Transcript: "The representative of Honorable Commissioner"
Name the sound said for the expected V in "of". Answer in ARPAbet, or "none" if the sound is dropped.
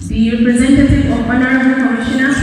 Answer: P